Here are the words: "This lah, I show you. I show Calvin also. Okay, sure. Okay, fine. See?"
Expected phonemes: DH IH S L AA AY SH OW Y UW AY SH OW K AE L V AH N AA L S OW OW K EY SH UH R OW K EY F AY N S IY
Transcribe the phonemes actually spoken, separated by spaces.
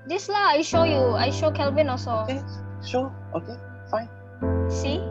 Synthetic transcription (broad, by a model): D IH S L AA AY SH OW Y UW AY SH OW K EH L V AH N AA S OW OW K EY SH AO OW K EY F AY N S IY